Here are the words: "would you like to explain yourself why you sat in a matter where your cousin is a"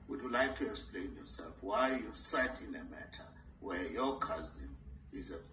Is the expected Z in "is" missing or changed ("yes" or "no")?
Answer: no